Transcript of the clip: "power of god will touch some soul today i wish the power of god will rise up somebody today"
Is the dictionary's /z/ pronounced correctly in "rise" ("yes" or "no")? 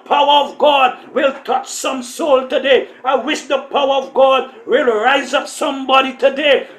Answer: yes